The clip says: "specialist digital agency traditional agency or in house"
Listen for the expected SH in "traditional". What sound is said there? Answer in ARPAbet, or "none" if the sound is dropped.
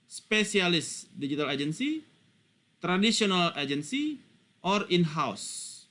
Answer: S